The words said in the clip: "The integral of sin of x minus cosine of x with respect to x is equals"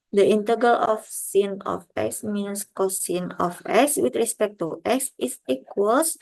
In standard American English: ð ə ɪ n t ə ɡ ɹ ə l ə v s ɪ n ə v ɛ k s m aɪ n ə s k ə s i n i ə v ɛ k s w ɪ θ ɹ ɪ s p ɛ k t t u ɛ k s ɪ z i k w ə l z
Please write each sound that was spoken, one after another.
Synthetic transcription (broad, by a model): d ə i n t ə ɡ ə l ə f s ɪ n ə f ɛ k s m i n s k ə s i n i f ɛ k s w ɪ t ɹ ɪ s p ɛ k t t u ɛ k s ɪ s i k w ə l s